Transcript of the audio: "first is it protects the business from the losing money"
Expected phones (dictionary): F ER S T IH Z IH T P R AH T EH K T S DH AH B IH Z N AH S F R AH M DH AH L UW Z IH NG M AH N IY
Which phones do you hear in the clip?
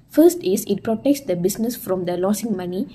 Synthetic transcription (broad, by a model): F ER S T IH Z IH T P R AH T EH K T S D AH B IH S N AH S F R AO M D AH L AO S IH NG M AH N IY